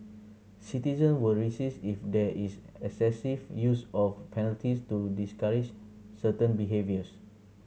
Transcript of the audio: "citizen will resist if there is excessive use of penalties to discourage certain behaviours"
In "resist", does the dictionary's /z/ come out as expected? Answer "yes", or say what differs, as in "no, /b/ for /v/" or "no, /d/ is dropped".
no, /s/ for /z/